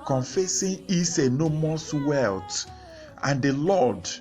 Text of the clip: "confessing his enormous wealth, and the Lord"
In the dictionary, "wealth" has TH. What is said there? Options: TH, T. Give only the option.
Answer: T